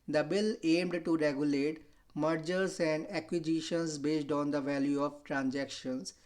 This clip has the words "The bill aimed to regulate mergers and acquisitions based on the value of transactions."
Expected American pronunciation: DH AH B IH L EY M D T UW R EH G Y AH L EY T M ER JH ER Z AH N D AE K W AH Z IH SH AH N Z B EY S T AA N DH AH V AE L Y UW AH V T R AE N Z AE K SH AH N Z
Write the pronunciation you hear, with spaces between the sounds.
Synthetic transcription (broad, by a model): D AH B IH L EY M D T UW R EH G Y AH L EY T M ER JH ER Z AH N D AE K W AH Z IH SH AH N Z B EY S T AA N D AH V AE L Y UW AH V T R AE N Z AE K SH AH N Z